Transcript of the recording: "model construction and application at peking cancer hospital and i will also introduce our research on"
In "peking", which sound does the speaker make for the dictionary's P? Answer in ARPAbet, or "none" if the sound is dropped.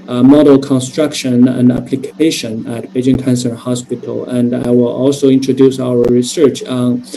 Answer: B